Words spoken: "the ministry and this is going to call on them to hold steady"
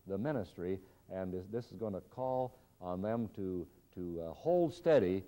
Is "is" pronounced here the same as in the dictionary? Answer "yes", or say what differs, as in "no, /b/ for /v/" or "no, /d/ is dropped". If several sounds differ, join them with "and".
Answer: yes